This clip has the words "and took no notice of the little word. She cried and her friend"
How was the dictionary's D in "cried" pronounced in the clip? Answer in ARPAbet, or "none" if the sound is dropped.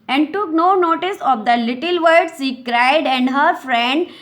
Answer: D